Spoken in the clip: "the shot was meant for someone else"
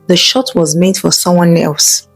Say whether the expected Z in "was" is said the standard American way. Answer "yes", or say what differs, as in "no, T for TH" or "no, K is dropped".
yes